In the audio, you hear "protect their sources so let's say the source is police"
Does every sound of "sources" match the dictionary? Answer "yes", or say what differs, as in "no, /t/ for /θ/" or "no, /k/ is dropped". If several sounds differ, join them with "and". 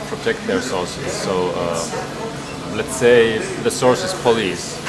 no, /l/ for /ɹ/